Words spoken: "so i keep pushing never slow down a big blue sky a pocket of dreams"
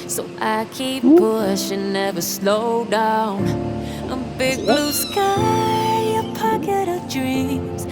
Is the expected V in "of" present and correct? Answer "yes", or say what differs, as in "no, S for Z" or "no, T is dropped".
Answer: yes